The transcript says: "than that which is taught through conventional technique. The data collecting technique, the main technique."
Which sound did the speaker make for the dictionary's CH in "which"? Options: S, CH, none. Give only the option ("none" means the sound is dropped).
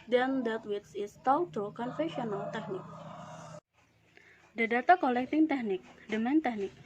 S